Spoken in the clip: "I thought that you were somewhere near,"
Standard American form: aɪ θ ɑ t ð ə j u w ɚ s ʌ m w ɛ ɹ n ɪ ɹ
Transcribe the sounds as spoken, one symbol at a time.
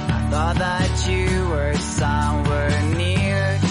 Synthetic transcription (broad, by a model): aɪ θ ɑ t ð ə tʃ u w ɚ s ʌ m w ɛ ɹ n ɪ ɹ